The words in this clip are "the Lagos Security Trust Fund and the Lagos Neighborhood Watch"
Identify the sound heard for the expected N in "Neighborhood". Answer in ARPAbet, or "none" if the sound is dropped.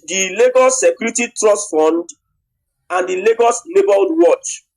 L